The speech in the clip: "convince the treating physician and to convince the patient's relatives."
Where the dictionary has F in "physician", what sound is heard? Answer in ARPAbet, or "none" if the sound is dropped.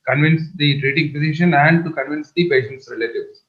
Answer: P